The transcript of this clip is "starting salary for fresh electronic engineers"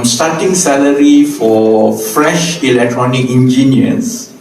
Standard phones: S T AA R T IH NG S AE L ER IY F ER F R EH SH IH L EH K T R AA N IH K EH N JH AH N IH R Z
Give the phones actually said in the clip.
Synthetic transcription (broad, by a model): S T AA T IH NG S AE L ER IY F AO F R EH SH IH L EH K T R AA N IH K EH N JH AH N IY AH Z